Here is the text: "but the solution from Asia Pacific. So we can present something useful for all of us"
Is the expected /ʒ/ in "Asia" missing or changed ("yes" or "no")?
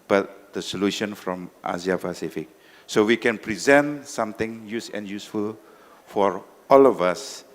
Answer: yes